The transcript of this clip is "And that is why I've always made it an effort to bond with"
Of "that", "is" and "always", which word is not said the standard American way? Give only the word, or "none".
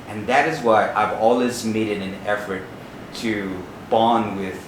none